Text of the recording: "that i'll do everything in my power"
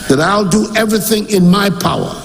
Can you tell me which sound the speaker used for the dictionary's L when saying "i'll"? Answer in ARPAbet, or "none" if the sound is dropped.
L